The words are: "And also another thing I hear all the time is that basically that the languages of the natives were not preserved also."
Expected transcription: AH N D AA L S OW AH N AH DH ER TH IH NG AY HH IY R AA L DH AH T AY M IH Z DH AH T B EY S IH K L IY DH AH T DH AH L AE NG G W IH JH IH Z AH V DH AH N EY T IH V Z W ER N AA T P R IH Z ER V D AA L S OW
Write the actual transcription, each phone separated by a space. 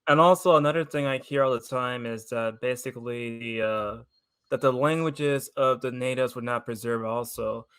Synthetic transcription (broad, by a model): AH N AA L S OW AH N AH DH ER TH IH NG AY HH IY R AA L DH AH T AY M IH Z DH AH T B EY S IH K L IY DH AH T DH AH L AE NG G W IH JH IH Z AH V DH AH N EY T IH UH Z W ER N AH T P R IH Z ER V AA L S OW